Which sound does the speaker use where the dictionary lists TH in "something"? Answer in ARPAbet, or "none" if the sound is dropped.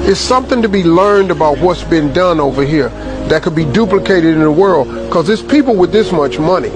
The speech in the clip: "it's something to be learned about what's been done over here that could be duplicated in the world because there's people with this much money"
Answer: TH